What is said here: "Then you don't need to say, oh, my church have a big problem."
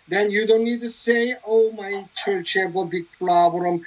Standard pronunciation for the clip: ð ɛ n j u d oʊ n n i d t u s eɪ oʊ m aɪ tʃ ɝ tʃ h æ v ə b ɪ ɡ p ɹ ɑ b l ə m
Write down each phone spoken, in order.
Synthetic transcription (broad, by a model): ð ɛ n j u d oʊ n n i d t u s eɪ oʊ m aɪ tʃ ɝ tʃ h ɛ b ə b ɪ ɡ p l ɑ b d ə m